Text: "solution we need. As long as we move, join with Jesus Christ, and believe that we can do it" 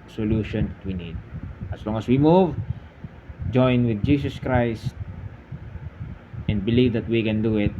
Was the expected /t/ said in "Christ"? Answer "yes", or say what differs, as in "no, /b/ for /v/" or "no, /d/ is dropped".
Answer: yes